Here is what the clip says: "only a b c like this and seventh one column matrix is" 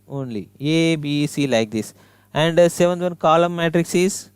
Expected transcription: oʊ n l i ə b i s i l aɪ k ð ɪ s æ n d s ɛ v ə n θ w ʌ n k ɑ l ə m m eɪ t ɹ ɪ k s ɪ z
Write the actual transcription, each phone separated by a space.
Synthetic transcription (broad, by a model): oʊ n l i ə b i s i l aɪ k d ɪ s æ n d s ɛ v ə n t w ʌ n k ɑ l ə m m eɪ t ɹ ɪ k s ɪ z